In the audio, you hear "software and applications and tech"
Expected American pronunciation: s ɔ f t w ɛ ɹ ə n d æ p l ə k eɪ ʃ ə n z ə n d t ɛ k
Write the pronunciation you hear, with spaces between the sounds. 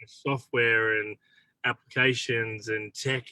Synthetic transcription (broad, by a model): s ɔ f t w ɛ ɹ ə n æ p l ə k eɪ ʃ ə n z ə n t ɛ k